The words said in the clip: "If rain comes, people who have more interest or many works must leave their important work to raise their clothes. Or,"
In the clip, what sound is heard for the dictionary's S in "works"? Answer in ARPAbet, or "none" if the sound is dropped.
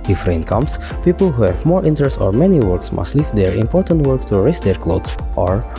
S